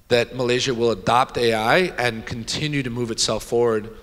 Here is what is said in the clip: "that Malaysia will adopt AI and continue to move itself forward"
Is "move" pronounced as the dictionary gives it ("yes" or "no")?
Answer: yes